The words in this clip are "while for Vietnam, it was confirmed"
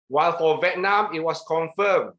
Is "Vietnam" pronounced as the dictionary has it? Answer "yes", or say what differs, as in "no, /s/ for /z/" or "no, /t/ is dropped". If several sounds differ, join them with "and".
yes